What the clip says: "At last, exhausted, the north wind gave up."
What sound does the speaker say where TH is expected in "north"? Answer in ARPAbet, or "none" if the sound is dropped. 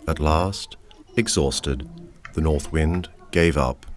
TH